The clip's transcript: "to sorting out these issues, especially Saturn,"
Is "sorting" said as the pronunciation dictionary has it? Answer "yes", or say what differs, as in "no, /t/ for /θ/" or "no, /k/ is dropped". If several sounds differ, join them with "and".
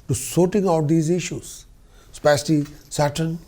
yes